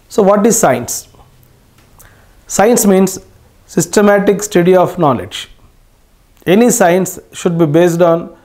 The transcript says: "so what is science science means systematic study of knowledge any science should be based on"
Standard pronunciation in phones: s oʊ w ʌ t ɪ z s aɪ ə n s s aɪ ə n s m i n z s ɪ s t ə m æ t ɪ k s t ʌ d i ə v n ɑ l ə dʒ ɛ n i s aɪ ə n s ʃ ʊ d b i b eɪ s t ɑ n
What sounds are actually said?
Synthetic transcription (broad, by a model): s oʊ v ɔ t ɪ z s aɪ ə n s s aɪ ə n s m i n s s ɪ s t ə m æ t ɪ k s t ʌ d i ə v n ɑ l ə dʒ ɛ n i s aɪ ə n s ʃ ʊ d b i b eɪ s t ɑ n